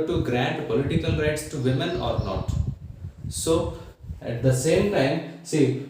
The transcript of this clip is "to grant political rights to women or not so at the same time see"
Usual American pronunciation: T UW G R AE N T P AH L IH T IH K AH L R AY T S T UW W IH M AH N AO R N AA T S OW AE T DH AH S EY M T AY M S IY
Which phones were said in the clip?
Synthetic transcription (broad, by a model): T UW G R AE N T P AH L IH T IH K AH L R AY T S T UW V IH M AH N AO R N AA T S OW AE T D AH S EY M T AY M S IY